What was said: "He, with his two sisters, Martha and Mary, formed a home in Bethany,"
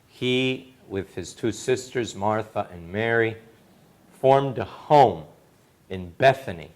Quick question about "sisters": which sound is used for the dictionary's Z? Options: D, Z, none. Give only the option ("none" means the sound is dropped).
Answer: Z